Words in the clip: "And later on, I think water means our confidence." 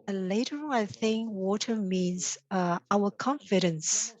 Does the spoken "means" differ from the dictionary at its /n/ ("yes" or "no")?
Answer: no